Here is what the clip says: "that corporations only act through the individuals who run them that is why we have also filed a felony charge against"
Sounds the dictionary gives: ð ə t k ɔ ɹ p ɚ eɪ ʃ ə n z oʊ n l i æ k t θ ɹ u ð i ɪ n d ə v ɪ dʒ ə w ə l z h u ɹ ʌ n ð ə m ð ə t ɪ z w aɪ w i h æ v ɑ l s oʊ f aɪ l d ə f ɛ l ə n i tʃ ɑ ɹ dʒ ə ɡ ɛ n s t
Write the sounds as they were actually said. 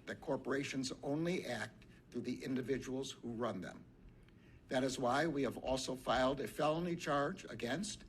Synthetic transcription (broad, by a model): ð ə t k ɔ ɹ p ɚ eɪ ʃ ə n z oʊ n l i æ k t θ ɹ u ð i ɪ n d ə v ɪ dʒ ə w l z h u ɹ ʌ n ð ə m ð ə t ɪ z w aɪ w i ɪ v ɑ l s oʊ f aɪ l d ə f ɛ l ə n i tʃ ɑ ɹ dʒ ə ɡ ɛ n s t